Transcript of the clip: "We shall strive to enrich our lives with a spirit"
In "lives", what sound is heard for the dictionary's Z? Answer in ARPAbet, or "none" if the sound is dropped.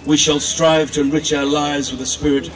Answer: Z